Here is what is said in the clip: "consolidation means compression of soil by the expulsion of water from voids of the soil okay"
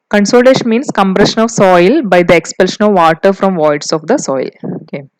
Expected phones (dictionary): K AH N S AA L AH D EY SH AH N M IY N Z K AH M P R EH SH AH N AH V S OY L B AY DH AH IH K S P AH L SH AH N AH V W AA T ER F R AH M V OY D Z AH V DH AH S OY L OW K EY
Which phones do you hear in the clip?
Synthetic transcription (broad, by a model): K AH N S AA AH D EY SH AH N M IY N S K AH M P R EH SH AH N AH V S OY L B AY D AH IH K S P AH L SH AH N AH V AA T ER F R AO M V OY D S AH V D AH S OY L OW K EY